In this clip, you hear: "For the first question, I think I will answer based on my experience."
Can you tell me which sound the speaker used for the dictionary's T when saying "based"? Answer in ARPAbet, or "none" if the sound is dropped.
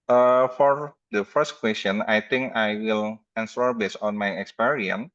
none